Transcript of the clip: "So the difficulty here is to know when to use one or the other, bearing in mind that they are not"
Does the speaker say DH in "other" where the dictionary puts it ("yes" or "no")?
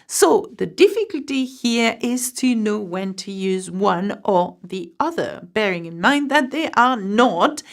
yes